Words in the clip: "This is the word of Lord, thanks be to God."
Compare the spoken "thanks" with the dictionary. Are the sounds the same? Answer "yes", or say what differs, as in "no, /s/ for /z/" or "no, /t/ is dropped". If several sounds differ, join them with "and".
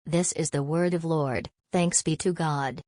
yes